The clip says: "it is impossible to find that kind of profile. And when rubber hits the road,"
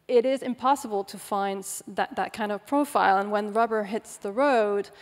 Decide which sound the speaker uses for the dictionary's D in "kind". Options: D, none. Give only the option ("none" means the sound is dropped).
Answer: D